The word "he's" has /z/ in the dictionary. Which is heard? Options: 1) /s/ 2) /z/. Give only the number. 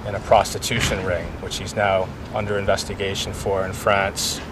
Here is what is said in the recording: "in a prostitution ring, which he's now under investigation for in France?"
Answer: 2